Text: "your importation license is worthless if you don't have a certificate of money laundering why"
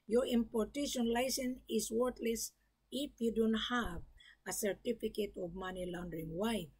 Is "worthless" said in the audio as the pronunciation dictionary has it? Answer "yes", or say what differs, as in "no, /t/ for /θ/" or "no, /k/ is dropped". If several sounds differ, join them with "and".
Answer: no, /t/ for /θ/